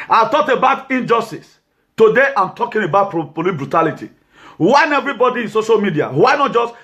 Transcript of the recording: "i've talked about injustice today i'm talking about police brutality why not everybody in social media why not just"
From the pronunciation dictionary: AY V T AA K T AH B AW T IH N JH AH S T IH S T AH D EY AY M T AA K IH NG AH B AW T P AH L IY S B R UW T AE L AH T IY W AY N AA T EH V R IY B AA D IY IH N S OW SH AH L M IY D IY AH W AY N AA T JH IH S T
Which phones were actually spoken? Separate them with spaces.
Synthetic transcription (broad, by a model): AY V T AA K T AH B AW T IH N JH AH S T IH S T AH D EY AY M T AA K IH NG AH B AW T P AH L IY B R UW T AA L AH T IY W AY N EH V R IY B AA D IY IH N S OW SH AH L M IY D IY AH W AY N AA T JH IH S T